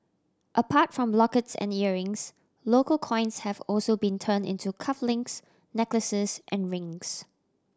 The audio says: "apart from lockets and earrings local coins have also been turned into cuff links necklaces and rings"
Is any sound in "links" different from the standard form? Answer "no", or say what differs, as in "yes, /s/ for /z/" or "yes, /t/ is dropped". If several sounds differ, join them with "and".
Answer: yes, /k/ is dropped